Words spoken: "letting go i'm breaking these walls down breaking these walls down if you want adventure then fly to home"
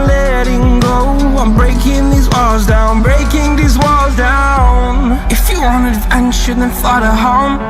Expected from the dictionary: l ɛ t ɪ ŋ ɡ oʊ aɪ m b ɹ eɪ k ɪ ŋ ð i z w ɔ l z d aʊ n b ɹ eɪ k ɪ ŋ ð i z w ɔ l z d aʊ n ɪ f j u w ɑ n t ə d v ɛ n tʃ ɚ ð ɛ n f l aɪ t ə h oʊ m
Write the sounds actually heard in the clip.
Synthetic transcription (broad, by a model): l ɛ t ɪ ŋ ɡ oʊ aɪ m b ɹ eɪ k ɪ ŋ ð i z w ɔ l z d aʊ n b ɹ eɪ k ɪ ŋ ð i z w ɔ l z d aʊ n ɪ f j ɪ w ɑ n ə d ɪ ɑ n ʃ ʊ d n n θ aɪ t ə h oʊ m